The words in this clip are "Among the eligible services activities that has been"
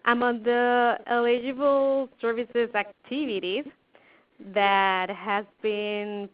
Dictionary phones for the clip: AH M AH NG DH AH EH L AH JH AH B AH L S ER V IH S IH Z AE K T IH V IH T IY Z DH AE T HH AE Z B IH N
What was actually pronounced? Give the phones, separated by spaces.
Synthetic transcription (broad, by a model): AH M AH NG DH AH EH L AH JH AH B L S ER V IH S IH Z AE K T IH V IH T IY Z DH AE T HH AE Z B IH N